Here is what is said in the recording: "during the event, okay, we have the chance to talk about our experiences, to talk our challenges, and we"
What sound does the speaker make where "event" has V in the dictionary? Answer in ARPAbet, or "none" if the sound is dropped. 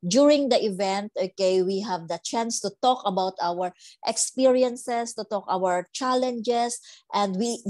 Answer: V